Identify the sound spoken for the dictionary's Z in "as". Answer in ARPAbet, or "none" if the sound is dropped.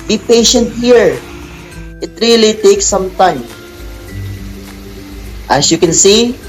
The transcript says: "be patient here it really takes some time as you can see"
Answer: S